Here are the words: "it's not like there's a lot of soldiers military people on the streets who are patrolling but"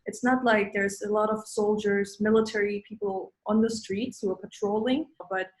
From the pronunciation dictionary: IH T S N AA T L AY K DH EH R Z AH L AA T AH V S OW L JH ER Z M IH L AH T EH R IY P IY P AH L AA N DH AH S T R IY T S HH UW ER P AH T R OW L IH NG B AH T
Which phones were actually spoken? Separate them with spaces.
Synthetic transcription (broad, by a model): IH T S N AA T L AY K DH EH R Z AH L AA T AH V S OW L JH ER Z M IH L AH T EH R IY P IY P L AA N DH AH S T R IY T S HH UW ER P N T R OW L IH NG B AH T